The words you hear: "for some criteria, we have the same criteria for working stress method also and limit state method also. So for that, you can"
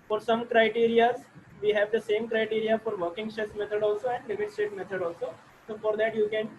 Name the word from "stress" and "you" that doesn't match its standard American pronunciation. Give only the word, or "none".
stress